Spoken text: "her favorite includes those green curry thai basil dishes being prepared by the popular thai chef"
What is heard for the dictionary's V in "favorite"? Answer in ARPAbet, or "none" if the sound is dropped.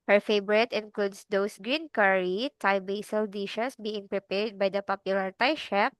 B